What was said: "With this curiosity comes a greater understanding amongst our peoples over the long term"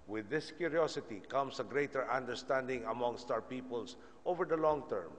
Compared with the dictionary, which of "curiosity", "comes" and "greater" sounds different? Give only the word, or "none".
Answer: comes